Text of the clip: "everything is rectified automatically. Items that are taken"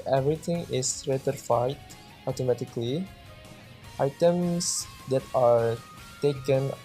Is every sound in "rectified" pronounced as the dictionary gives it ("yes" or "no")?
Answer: no